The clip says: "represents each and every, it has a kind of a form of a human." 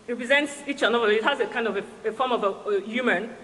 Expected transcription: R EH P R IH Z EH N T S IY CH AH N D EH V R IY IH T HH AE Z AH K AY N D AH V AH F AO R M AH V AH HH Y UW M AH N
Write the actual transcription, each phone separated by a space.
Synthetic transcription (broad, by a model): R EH P R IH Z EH N T S IY CH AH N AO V IY IH T HH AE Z AH K AY N D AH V AH F AO M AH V AH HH Y UW M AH N